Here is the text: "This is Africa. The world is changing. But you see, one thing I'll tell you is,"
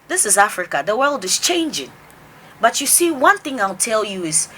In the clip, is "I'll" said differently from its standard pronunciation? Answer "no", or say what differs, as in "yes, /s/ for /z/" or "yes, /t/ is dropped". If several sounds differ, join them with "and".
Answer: no